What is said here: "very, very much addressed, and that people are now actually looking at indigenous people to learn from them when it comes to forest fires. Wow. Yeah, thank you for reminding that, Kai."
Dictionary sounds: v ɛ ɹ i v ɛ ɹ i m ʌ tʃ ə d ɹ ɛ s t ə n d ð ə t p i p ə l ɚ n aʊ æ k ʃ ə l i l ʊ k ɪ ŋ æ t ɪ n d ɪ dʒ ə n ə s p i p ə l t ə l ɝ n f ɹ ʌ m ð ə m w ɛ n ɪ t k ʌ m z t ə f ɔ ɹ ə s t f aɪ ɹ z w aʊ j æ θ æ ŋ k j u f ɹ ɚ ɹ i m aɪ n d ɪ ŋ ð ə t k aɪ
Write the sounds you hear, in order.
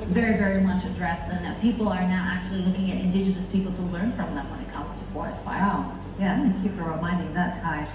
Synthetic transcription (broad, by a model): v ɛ ɹ i v ɛ ɹ i m ʌ tʃ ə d ɹ ɛ s ə n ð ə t p i p l ɚ n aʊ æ k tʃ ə l i l ʊ k ɪ ŋ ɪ t ɪ n d ɪ dʒ ə n ə s p i p l t ə l ɝ n f ɹ ʌ m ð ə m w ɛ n ɪ t k ʌ m z t ə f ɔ ɹ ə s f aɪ j æ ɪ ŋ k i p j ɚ ɹ i m aɪ n d ɪ ŋ ð ə t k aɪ